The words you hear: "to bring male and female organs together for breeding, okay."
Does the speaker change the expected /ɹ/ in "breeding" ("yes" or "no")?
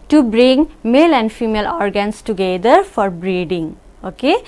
no